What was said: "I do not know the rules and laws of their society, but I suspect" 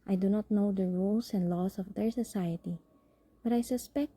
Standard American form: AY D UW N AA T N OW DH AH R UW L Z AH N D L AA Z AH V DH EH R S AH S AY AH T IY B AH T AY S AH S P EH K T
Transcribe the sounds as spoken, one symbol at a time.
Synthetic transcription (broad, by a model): AY D UW N AA T N OW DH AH R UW L S AH N D L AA S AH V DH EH R S AH S AY AH T IY B AH T AY S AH S P EH K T